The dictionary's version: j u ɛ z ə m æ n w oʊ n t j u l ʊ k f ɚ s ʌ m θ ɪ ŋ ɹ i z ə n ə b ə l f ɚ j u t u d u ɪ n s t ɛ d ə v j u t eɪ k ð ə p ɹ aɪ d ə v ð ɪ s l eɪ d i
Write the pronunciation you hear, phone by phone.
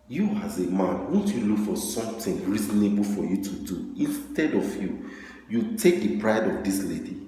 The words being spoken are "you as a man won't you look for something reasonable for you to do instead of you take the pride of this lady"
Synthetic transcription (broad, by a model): j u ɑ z ə m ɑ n w oʊ n t j u l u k f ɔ s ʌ m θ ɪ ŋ ɹ i z ə n ə b ə l f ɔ j u t u d u ɪ n s t ɛ d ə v j u t eɪ k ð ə p ɹ aɪ d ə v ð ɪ s l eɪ d i